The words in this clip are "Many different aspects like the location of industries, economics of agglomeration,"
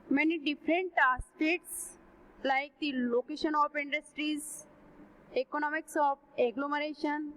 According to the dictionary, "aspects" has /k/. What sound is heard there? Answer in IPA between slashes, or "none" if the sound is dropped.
none